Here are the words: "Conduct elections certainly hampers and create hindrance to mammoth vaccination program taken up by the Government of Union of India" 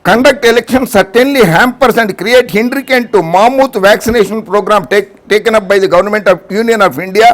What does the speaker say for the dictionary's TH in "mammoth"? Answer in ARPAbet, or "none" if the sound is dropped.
T